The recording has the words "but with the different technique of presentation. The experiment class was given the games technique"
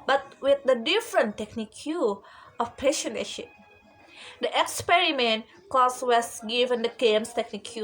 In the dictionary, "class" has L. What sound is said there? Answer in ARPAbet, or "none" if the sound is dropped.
none